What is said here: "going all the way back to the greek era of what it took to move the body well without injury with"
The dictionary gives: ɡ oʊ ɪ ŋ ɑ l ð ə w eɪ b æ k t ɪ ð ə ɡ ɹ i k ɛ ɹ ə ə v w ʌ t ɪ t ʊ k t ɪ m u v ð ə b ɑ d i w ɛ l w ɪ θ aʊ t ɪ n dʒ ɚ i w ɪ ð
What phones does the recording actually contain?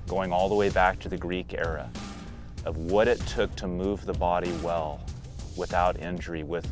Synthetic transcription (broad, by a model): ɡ oʊ ɪ ŋ ɑ l ð ə w eɪ b æ k t ɪ ð ə ɡ ɹ i k ɛ ɹ ə ə v w ʌ t ɪ t ʊ k t ɪ m u v ð ə b ɑ d i w ɛ l w ɪ θ aʊ t ɪ n dʒ ɚ i w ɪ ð